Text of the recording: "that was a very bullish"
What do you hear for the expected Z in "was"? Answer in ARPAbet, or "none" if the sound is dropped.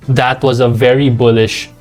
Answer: Z